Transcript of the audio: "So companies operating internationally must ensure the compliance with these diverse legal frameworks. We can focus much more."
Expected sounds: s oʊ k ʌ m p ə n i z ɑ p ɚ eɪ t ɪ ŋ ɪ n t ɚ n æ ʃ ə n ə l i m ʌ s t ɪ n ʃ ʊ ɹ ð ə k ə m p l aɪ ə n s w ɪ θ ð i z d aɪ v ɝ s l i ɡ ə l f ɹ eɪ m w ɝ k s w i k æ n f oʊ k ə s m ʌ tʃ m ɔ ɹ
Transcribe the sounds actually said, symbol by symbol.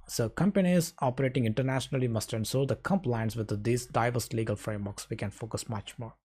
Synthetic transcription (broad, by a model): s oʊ k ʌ m p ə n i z ɑ p ɚ eɪ t ɪ ŋ ɪ n t ɚ n æ ʃ ə n ə l i m ʌ s t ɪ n s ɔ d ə k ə m p l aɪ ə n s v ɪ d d i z d aɪ v ɝ s l i ɡ ə l f ɹ eɪ m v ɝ k s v i k æ n f oʊ k ə s m ʌ tʃ m ɔ ɹ